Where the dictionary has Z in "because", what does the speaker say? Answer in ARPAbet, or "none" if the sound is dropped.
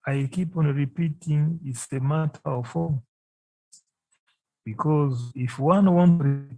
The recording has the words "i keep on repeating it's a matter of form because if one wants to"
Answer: Z